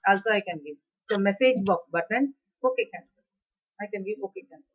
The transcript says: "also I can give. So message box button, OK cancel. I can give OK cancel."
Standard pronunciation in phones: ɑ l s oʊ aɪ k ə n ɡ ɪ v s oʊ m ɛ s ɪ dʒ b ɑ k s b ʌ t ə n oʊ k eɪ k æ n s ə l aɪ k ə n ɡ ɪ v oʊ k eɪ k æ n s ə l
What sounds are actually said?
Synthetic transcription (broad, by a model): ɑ l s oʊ aɪ k ə n ɡ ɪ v s oʊ m ɛ s ɪ dʒ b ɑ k b ʌ t ə n oʊ k eɪ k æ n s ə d aɪ k ə n ɡ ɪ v oʊ k eɪ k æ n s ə